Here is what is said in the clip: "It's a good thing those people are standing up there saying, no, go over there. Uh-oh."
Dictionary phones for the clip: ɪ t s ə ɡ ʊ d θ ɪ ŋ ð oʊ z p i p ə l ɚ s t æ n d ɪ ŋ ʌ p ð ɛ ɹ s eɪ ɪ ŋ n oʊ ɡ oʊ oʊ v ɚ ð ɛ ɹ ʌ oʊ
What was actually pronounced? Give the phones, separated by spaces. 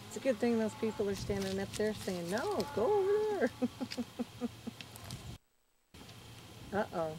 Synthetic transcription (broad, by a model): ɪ t s ə ɡ ʊ d θ ɪ ŋ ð oʊ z p i p l ɚ s t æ n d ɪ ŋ ʌ p ð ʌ ɹ s eɪ ɪ ŋ n oʊ ɡ oʊ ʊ ɚ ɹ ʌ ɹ ʌ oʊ